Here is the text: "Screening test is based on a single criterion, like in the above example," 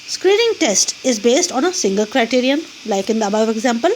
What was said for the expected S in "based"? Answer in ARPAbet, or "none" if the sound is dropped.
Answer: S